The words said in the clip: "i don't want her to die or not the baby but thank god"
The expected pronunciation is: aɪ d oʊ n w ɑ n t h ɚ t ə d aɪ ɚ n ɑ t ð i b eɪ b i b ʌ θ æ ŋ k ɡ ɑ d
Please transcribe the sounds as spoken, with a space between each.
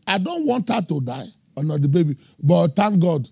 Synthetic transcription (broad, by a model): aɪ d oʊ n w ɑ n t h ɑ t ə d aɪ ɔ n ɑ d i b eɪ b i b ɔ t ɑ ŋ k ɡ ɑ d